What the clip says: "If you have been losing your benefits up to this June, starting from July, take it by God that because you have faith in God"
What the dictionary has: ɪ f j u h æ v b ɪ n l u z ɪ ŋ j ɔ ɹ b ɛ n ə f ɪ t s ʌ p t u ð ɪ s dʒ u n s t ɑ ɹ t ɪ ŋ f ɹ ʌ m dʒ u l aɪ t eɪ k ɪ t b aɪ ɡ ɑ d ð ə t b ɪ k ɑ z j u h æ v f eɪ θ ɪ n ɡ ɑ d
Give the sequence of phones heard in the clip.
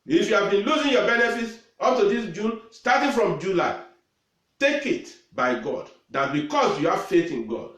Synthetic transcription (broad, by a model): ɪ f j u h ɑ v b ɪ n l u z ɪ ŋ j ɔ b ɛ n ə f ɪ t s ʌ p t u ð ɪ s dʒ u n s t ɑ t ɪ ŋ f ɹ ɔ m dʒ u l aɪ t eɪ k ɪ t b aɪ ɡ ɑ d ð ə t b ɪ k ɑ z j u h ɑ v f eɪ θ ɪ n ɡ ɑ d